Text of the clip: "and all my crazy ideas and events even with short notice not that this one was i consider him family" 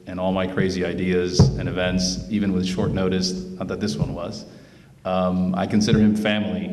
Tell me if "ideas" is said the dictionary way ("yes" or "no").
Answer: yes